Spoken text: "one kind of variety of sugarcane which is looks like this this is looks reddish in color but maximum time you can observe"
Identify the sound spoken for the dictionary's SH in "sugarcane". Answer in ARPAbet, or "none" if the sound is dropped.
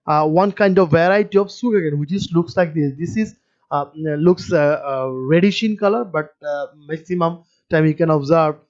S